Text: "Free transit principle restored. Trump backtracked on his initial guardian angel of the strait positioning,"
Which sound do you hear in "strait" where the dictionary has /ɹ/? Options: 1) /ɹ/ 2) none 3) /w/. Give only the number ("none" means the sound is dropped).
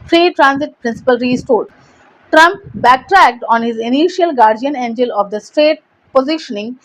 2